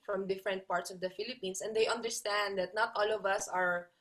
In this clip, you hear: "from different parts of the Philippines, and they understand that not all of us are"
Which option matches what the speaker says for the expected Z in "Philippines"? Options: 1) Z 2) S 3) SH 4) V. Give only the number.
2